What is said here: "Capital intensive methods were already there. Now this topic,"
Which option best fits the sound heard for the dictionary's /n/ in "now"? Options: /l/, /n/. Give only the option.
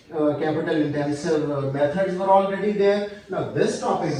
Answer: /l/